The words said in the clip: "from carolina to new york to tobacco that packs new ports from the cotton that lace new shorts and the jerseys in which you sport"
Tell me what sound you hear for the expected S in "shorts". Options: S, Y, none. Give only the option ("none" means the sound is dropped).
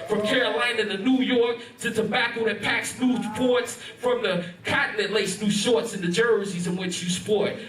S